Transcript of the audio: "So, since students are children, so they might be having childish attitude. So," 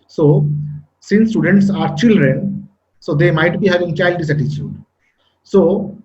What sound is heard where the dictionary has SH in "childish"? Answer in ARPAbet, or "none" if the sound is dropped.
S